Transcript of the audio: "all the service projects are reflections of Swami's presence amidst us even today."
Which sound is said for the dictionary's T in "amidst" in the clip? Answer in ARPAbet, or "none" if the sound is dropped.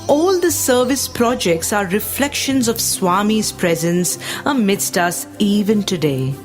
T